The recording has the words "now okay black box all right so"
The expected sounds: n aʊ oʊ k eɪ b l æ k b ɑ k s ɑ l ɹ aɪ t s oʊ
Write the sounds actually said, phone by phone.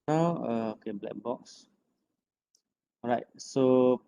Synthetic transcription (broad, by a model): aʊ oʊ k eɪ b l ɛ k b ɑ k s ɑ ɹ aɪ t s oʊ